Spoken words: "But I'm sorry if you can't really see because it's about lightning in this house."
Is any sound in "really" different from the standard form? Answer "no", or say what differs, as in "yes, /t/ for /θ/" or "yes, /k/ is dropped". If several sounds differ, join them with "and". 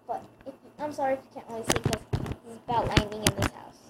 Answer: yes, /l/ is dropped